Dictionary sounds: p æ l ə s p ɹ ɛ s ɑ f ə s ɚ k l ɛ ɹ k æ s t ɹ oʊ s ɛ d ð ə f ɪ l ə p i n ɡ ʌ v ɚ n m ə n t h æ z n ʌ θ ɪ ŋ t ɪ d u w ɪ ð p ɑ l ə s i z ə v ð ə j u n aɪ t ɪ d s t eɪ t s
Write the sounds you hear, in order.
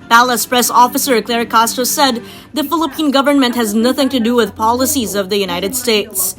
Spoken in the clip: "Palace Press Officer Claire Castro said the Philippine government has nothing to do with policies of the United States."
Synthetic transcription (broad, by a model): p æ l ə s p ɹ ɛ s ɑ f ə s ɚ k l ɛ ɹ k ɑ s t oʊ s ɛ d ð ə f ɪ l ə p i n ɡ ʌ v ɚ n m ə n t h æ z n ʌ θ ɪ ŋ t ɪ d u w ɪ ð p ɑ l ə s i z ə v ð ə j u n aɪ t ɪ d s t eɪ t s